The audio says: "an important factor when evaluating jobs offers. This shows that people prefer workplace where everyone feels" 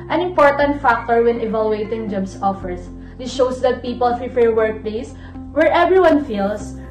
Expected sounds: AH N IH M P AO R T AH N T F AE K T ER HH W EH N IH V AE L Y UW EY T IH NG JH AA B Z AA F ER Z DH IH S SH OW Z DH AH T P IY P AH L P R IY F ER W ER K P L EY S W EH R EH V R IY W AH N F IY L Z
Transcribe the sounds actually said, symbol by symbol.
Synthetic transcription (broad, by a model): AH N IH M P AO R T AH N T F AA K T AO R W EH N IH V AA L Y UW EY T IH NG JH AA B S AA F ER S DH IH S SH OW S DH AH T P IY P AH L F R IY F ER W ER K P L EY S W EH R EH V R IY W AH N F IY L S